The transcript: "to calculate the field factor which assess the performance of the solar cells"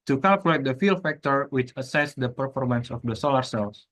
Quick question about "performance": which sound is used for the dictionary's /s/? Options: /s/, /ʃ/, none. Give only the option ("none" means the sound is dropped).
/s/